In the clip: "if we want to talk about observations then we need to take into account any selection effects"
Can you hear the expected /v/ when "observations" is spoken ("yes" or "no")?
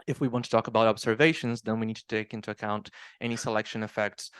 yes